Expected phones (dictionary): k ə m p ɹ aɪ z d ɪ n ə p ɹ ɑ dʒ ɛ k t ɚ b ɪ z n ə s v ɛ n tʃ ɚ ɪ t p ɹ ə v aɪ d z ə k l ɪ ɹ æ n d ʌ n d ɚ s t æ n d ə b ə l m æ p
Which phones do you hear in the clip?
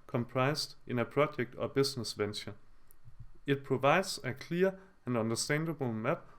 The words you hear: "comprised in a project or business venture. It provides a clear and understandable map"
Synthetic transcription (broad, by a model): k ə m p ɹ aɪ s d ɪ n ə p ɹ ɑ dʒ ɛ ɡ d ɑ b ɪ s n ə s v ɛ n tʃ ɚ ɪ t p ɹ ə v aɪ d s ə k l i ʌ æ n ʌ n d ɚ s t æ n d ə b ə l m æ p